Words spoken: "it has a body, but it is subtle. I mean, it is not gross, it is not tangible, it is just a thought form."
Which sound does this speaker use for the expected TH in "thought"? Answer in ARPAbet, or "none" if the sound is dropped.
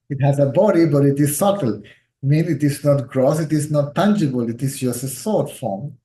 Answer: S